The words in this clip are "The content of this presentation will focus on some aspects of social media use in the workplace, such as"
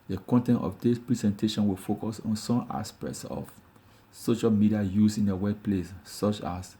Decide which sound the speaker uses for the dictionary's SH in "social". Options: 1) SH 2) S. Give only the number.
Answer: 1